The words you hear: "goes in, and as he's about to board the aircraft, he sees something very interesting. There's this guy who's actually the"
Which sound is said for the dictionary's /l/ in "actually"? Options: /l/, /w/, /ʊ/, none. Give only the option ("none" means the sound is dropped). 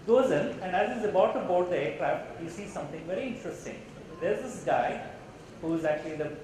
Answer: /l/